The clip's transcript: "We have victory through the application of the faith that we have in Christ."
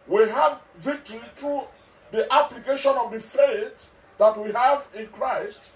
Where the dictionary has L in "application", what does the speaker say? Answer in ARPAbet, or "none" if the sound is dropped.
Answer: L